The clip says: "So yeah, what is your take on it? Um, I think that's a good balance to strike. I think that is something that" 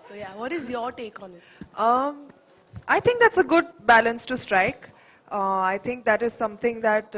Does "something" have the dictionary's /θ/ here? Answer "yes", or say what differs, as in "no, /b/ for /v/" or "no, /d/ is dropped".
no, /t/ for /θ/